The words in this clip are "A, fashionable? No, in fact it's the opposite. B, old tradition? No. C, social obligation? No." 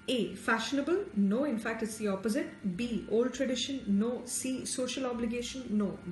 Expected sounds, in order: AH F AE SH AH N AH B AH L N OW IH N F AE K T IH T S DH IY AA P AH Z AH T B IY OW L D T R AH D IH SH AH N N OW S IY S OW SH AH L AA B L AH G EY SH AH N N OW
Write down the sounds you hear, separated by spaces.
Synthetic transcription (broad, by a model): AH F AE SH AH N AH B AH L N OW IH N F AE K T IH T S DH IY AA P AH Z AH T B IY OW L D T R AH D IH SH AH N N OW S IY S OW SH AH L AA B L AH G EY SH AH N N OW